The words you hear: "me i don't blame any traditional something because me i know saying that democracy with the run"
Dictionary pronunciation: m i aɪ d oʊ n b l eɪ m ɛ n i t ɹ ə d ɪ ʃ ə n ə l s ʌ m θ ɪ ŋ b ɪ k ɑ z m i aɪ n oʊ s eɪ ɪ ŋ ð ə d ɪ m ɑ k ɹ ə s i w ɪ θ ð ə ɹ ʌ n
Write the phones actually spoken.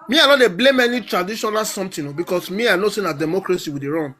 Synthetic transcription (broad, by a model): m i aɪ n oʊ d b l eɪ m ɛ n i t ɹ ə d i ʃ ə n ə l s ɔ m t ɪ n b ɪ k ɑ s m i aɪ n oʊ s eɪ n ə d ɪ m ɑ k ɹ ə s i w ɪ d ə ɹ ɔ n